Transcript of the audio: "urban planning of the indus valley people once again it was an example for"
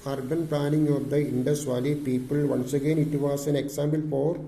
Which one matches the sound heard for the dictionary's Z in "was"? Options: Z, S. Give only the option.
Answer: S